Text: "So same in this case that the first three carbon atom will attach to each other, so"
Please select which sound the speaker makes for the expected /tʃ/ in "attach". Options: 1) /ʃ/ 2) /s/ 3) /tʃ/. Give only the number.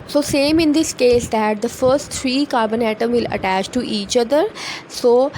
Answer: 3